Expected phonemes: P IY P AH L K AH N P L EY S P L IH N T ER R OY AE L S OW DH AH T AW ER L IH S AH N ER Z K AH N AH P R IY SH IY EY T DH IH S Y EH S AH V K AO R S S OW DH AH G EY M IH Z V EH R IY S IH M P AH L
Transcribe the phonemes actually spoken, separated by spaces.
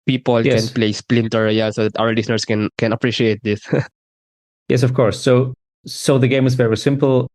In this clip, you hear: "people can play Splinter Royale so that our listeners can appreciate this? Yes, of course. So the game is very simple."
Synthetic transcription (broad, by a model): P IY P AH L K AH N P L EY S P L IH N T ER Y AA S OW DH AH T AW ER L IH S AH N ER S K AH N AH P R IY SH IY EY T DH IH S Y EH S AH V K AO R S S OW DH AH G EY M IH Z V EH R IY S IH M P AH L